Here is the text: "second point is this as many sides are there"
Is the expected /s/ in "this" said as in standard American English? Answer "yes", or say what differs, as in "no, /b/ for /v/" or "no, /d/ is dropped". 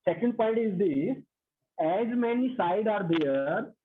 no, /s/ is dropped